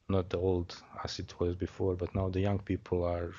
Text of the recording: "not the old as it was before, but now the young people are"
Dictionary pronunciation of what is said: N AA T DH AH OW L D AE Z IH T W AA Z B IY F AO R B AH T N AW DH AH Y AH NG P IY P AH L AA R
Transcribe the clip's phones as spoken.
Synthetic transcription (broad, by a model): N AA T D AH OW L D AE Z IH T W AA Z B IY F AO R B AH T N AW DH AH Y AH NG P IY P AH L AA R